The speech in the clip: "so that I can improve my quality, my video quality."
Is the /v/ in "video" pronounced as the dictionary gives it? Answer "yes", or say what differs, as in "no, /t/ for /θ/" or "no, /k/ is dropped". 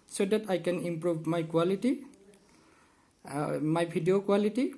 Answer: no, /b/ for /v/